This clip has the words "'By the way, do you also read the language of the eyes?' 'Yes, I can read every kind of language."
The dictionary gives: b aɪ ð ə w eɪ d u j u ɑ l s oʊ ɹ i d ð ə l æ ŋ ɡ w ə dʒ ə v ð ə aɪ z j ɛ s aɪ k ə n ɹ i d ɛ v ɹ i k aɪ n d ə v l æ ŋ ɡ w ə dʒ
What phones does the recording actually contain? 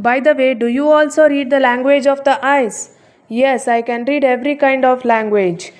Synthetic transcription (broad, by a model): b aɪ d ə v eɪ d u j u ɑ l s oʊ ɹ i d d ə l æ ŋ ɡ w ə dʒ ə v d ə aɪ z j ɛ s aɪ k ə n ɹ i d ɛ v ɹ i k aɪ n d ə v l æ ŋ ɡ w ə dʒ